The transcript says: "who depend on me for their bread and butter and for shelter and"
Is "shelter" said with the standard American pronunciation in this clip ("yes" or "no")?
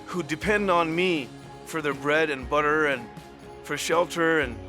yes